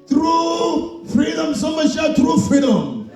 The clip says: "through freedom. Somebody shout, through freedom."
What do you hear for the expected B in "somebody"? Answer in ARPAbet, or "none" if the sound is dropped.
none